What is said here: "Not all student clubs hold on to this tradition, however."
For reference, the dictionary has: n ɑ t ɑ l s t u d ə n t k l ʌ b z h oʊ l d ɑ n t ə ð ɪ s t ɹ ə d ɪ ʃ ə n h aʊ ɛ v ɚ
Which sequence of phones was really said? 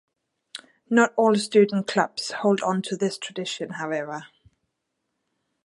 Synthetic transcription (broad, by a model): n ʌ t ɑ l s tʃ u d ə n k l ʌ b s h oʊ l d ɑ n t ə ð ɪ s t ɹ ə d ɪ ʃ ə n h aʊ ɛ v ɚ